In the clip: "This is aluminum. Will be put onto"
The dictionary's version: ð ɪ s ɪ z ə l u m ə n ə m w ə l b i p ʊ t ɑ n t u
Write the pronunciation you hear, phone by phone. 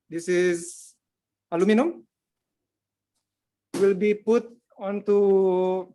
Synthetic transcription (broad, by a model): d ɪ s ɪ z ə l u m ə n ə m w ə l b i p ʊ t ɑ n t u